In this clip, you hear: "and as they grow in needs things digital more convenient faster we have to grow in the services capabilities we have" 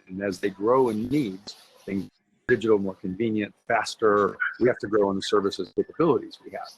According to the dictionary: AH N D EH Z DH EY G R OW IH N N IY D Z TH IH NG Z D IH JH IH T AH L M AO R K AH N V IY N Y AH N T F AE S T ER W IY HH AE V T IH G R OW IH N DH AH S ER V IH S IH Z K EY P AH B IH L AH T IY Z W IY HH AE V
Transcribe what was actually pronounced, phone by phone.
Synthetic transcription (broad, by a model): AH N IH Z DH EY G R OW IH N N IY D Z TH IH NG Z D IH JH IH T L M AO R K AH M V IY N Y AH N T F AE S T ER W IY HH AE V T IH G R OW IH N DH AH S ER V IH S IH Z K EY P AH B IH L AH T IY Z W IY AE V